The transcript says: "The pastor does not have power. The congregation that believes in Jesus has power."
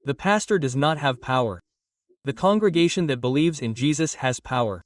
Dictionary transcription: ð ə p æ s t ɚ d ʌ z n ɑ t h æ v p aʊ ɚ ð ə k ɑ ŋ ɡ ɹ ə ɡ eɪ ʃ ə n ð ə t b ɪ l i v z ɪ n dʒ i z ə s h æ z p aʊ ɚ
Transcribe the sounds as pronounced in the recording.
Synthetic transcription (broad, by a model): ð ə p æ s t ɚ d ʌ z n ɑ t h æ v p aʊ ɚ ð ə k ɑ ŋ ɡ ɹ ə ɡ eɪ ʃ ə n ð ə t b ɪ l i v z ɪ n dʒ i z ə s h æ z p aʊ ɚ